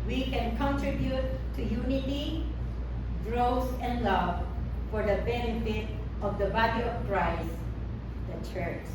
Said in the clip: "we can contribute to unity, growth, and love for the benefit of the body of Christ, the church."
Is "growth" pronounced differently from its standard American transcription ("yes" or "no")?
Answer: yes